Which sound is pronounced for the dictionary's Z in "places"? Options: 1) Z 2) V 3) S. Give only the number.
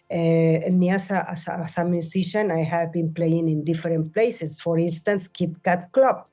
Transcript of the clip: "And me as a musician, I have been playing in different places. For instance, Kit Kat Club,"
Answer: 3